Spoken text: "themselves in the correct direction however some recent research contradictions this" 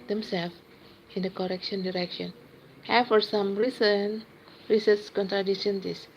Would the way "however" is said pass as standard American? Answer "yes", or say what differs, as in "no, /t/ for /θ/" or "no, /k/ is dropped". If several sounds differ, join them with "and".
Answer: no, /f/ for /v/